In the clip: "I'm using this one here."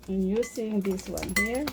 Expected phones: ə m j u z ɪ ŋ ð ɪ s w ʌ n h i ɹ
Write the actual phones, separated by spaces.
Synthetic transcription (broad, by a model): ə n j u s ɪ ŋ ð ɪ s w ʌ n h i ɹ